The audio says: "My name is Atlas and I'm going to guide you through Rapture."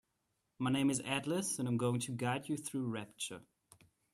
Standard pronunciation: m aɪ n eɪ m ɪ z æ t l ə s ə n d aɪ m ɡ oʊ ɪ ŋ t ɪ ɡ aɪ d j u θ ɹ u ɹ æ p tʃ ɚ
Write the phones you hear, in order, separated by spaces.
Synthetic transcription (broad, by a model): m aɪ n eɪ m ɪ z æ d l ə s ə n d aɪ m ɡ oʊ ɪ ŋ t ɪ ɡ aɪ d j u θ ɹ u ɹ æ p tʃ ɚ